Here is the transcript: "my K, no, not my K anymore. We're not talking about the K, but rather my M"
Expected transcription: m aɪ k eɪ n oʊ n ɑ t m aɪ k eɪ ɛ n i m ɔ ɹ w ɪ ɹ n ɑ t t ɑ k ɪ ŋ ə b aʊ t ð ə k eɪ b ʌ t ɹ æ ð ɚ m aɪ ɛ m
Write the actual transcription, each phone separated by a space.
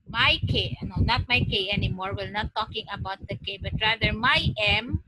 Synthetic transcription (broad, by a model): m aɪ k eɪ n oʊ n ɑ t m aɪ k eɪ ɛ n i m ɔ ɹ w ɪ l n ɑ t t ɑ k ɪ ŋ ə b aʊ t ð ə k eɪ b ʌ t ɹ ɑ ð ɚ m aɪ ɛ m